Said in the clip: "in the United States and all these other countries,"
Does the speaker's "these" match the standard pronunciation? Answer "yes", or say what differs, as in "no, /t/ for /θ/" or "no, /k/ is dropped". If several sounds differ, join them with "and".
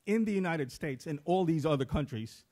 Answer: yes